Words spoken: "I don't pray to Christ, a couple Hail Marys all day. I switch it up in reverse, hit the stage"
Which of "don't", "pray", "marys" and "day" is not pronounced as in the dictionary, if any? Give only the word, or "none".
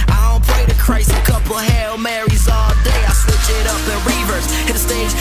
pray